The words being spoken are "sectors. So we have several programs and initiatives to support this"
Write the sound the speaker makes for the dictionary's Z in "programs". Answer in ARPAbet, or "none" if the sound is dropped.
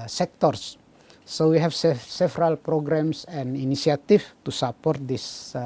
S